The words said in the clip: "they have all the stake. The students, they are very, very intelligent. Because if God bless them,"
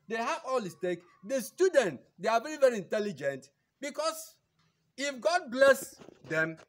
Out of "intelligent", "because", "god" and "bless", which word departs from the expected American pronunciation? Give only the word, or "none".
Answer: because